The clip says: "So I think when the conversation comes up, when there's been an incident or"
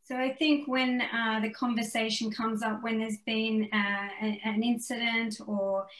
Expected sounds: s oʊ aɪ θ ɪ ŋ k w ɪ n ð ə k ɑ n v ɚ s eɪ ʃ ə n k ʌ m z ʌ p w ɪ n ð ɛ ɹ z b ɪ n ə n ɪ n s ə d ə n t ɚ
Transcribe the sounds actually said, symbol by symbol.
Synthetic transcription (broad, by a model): s oʊ aɪ θ ɪ ŋ k w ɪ n ð ə k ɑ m v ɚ s eɪ ʃ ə n k ʌ m z ʌ p w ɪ n ð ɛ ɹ z b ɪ n ə n ɪ n s ə d ə n t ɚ